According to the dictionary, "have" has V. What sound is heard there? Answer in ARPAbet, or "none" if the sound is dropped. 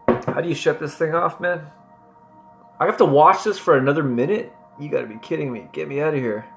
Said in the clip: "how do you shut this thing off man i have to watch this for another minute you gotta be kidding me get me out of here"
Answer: F